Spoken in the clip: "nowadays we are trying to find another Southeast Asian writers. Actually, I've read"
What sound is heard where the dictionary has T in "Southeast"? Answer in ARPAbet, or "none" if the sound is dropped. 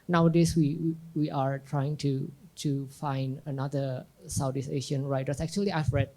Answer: none